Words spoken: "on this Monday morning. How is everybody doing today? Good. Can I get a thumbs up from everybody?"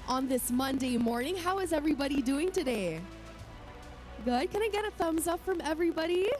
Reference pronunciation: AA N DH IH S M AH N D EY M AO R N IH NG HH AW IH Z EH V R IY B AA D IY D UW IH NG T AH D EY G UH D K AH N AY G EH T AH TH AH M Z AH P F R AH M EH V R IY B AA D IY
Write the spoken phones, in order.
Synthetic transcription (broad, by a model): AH N DH IH S M AH N D EY M AO R N IH NG HH AW IH Z EH V R IY B AA D IY D UW IH NG T AH D EY G UH D K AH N AY G EH T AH TH AH M Z AH P F R AH M EH V R IY B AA D IY